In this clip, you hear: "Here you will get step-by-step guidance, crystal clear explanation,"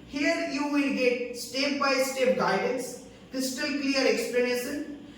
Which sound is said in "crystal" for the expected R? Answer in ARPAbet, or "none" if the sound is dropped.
none